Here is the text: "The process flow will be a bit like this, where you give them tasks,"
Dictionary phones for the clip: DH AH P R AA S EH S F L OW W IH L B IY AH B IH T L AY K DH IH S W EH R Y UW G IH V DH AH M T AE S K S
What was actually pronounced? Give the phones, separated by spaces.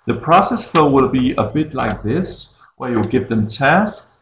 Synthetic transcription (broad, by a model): DH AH P R AA S EH S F OW W IH L B IY AH B IH T L AY K DH IH S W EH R Y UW G IH V DH AH M T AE S K